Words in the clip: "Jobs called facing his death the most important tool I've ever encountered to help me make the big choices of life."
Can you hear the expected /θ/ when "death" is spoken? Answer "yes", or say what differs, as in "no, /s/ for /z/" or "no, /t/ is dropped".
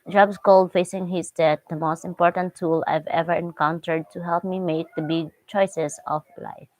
no, /t/ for /θ/